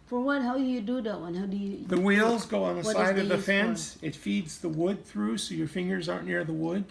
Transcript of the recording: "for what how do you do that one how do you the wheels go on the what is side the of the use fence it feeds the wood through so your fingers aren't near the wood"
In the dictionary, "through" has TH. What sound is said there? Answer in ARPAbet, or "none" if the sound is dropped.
TH